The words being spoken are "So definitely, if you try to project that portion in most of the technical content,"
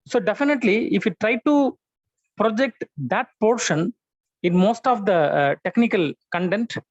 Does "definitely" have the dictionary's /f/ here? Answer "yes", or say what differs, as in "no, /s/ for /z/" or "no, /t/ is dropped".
yes